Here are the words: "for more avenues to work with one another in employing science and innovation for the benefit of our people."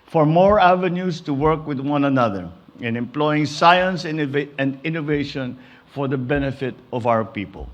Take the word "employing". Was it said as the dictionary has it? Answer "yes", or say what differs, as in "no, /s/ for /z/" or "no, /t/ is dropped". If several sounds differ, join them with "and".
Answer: yes